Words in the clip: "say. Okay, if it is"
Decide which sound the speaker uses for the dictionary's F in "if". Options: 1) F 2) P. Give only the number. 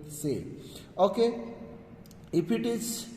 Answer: 2